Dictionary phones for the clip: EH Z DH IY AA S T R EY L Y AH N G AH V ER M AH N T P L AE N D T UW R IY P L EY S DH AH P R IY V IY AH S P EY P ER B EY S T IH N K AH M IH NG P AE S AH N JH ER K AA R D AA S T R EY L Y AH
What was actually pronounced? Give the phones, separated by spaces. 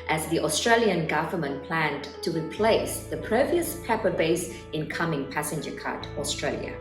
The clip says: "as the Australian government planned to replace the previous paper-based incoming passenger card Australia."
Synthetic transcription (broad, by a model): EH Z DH IY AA S T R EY L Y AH N G AH V ER M AH N T P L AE N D T UW R IY P L EY S DH AH P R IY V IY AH S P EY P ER B EY S IH N K AH M IH NG P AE S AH N JH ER K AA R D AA S T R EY L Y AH